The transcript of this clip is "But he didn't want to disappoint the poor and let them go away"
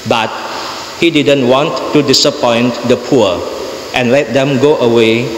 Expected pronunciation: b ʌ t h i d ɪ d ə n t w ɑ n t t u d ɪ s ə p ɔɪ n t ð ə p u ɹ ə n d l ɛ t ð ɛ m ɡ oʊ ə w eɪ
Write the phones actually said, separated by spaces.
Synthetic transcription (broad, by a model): b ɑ t h i d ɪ d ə n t w ɑ n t t u d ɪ s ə p ɔɪ n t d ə p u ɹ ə n l ɛ t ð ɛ m ɡ oʊ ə w eɪ